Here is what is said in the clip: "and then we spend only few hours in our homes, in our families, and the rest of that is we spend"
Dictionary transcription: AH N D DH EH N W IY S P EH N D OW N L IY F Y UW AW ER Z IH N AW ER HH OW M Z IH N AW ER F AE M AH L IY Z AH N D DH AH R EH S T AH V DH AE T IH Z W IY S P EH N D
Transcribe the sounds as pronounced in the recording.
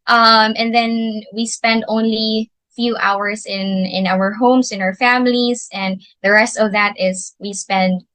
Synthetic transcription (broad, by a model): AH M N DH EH N W IY S P EH N D OW N L IY F Y UW AW ER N IH N AW ER HH OW M S IH N AW ER F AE M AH L IY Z AH N D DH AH R EH S T AH V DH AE T IH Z W IY S P EH N D